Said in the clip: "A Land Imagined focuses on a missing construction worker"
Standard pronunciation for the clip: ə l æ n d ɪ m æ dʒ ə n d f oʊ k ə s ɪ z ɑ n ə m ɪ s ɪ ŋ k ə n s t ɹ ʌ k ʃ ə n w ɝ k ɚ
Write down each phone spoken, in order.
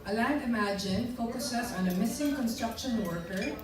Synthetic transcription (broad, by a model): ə l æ d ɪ m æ dʒ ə n f oʊ k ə s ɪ s ɑ n ə m ɪ s ɪ ŋ k ə n s t ɹ ʌ k ʃ ə n w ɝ k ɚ